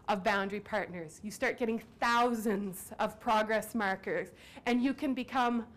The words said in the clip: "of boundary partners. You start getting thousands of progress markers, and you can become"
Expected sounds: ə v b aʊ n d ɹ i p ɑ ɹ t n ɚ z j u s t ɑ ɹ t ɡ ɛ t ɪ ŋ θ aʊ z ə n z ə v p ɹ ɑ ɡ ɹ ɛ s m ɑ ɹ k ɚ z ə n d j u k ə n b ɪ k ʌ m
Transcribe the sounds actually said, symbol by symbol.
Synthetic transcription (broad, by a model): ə v b aʊ n d ɹ i p ɑ ɹ t n ɚ z j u s t ɑ ɹ t ɡ ɛ t ɪ ŋ θ aʊ z ə n z ə v p ɹ ɑ ɡ ɹ ɛ s m ɑ ɹ k ɚ z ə n j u k ə n b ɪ k ʌ m